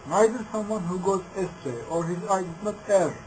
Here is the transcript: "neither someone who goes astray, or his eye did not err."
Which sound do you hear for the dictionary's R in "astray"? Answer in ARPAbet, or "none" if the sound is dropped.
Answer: none